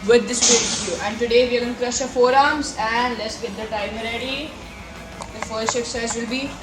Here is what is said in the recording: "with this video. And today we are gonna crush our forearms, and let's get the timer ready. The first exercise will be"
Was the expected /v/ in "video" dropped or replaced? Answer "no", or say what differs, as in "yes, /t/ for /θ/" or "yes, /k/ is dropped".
yes, /p/ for /v/